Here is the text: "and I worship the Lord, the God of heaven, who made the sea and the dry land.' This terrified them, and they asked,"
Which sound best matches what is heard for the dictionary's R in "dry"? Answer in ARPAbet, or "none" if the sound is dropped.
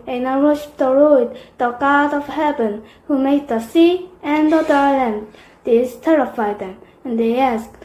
none